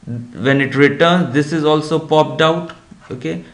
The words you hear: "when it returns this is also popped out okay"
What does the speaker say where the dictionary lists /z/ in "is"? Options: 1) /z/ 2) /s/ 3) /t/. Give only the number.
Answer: 1